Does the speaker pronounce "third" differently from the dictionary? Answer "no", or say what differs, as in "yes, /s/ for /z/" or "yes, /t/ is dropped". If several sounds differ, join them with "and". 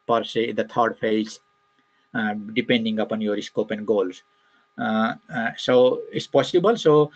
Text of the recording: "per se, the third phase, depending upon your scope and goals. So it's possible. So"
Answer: yes, /t/ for /θ/